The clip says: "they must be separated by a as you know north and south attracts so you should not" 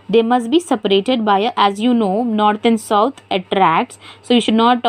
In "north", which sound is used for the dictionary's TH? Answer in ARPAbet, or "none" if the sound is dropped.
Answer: T